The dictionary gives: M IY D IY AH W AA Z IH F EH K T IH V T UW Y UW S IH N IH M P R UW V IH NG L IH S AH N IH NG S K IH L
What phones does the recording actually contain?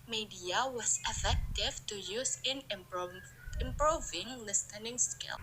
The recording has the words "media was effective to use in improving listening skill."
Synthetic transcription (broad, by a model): M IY D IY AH W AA S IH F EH K T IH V T UW Y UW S IH N IH M P R UW V IH NG L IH S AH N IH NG S K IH L